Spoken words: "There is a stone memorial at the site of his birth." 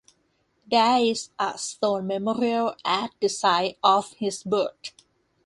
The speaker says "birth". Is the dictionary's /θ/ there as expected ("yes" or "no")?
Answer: no